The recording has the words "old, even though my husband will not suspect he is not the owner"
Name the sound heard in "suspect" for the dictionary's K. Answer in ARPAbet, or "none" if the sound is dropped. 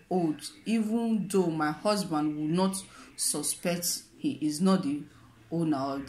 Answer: K